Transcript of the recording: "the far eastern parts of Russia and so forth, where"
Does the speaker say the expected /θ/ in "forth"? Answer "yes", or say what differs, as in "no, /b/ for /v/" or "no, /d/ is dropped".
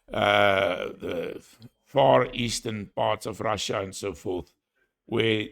yes